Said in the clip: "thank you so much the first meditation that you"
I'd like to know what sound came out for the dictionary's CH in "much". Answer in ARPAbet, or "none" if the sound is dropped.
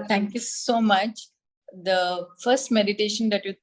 CH